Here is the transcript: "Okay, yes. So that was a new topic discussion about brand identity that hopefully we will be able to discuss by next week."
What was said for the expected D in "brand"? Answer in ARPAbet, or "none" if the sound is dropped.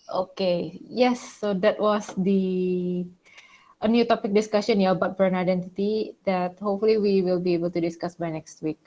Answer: none